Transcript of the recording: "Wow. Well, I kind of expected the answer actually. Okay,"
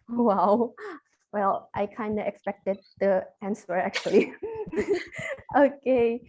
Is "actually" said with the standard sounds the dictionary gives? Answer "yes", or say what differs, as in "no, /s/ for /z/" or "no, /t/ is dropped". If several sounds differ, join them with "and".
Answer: yes